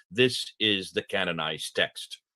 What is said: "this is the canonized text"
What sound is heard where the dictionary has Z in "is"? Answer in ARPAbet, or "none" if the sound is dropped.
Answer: Z